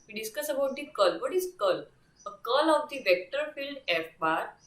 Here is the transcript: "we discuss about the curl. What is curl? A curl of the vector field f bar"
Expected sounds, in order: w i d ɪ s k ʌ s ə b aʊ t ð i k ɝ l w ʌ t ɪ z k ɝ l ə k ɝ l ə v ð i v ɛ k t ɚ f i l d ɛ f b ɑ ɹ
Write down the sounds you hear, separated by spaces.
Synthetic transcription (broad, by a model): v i d ɪ s k ʌ s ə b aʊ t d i k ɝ l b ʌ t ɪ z k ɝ l ə k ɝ l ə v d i v ɛ k t ɚ f i l d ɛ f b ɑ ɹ